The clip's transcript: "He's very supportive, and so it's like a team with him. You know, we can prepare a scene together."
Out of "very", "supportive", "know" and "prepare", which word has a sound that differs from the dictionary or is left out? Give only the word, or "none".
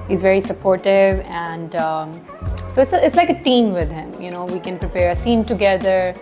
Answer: none